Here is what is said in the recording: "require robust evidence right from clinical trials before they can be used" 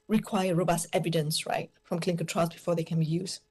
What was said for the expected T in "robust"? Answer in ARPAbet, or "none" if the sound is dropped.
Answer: T